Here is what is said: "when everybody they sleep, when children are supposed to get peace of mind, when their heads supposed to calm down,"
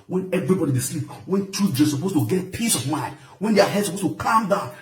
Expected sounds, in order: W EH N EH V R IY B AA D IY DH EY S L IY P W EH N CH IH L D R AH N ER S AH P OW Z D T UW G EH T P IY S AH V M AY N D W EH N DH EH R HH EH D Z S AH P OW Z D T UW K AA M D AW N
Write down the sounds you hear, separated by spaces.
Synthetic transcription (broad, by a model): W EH N EH V R IY B AA D IY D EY S L IY P W EH N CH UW D AH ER S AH P OW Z T UW G EH T P IY S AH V M AY N D W EH N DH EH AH HH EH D S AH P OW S T UW K AA M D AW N